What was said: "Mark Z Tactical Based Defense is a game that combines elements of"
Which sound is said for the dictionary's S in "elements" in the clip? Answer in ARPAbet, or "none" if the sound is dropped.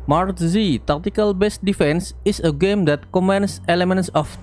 S